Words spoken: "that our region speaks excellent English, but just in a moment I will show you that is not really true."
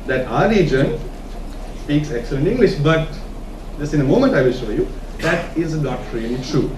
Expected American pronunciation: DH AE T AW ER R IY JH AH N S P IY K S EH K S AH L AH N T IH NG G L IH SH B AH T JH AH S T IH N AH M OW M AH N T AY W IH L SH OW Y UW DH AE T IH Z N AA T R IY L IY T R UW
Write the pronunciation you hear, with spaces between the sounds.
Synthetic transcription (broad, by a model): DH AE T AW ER R IY JH AH N S P IY K S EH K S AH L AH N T IH NG G L IH SH B AH T JH AH S T IH N AH M OW M AH N T AY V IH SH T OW Y UW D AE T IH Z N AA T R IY N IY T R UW